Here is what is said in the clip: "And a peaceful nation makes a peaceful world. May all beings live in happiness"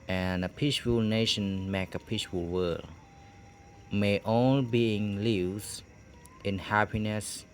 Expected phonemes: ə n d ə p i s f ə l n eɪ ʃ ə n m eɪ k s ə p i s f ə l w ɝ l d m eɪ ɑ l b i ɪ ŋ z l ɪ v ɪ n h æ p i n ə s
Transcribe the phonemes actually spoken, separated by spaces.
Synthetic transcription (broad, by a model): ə n ə p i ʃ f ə l n eɪ ʃ ə n m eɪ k ə p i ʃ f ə l w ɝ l m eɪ ɑ l b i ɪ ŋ l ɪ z ɪ n h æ p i n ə s